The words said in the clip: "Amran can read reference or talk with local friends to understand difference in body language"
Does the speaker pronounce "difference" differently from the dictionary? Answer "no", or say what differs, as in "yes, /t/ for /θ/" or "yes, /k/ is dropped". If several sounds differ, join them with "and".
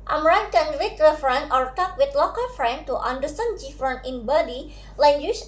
yes, /s/ is dropped